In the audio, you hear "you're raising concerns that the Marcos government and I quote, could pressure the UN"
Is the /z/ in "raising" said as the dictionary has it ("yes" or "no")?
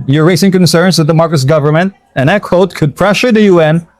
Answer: no